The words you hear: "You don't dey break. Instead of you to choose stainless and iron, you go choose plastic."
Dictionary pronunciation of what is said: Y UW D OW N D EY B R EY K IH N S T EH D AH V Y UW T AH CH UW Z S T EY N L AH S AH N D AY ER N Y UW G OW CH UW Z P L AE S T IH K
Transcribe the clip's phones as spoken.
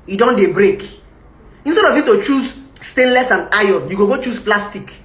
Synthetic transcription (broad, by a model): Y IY D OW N D EY B R EY K IH N S T EH D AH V Y UW T AH CH UW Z S T EY N L AH S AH N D AY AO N Y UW G OW CH UW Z P L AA S T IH K